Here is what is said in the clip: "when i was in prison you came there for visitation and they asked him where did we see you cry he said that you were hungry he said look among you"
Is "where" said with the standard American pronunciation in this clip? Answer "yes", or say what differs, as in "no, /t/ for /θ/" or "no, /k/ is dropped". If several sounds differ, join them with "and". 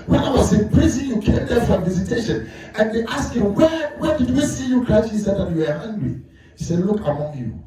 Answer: no, /w/ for /ɹ/